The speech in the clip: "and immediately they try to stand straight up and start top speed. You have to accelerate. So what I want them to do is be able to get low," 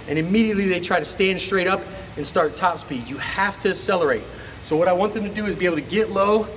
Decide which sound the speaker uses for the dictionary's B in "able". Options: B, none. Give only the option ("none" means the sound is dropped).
none